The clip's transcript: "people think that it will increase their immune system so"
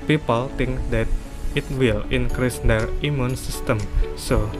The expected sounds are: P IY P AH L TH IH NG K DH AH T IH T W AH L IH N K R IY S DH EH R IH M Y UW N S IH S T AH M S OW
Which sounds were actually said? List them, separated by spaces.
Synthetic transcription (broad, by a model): P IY P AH L T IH NG K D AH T IH T W AH L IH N K R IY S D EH R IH M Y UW N S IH S T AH M S OW